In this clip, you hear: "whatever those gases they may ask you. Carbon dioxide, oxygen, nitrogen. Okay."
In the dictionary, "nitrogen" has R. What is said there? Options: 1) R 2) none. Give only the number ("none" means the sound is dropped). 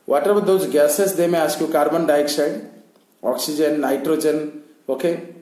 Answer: 1